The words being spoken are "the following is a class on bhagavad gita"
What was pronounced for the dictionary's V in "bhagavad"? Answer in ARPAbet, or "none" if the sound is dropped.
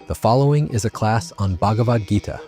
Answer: V